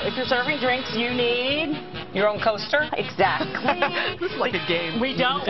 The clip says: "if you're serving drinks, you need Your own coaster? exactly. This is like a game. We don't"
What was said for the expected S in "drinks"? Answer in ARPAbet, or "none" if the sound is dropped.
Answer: S